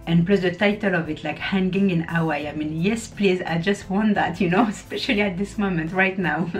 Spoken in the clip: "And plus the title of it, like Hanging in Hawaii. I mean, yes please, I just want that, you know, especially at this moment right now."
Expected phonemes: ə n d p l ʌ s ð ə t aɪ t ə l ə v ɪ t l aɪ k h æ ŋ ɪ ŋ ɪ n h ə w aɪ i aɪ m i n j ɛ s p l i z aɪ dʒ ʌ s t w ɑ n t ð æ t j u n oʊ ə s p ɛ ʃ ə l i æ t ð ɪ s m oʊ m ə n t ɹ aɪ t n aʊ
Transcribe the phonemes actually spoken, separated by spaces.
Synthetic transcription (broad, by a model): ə n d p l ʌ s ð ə t aɪ t ə l ə v ɪ t l aɪ k h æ ŋ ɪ ŋ ɪ n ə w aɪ aɪ m i n j ɛ s p l i z aɪ dʒ ʌ s t w ɑ n t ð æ t j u n oʊ ə s p ɛ ʃ ə l i æ t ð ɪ s m oʊ m ə n t ɹ aɪ t n aʊ